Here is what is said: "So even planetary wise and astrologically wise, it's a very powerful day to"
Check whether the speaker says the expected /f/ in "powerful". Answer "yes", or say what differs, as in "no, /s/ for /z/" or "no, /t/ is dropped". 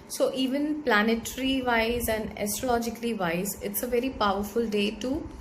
yes